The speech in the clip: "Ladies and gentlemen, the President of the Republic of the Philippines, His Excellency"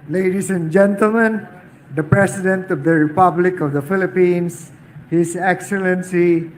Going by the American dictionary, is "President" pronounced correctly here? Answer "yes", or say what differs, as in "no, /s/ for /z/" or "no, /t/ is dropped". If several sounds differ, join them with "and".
no, /s/ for /z/